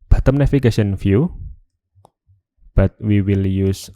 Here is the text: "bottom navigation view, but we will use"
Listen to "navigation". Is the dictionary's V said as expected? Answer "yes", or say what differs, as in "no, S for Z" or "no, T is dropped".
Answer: no, F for V